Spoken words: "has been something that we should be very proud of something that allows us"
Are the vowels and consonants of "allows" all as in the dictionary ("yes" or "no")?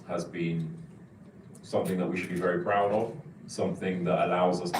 yes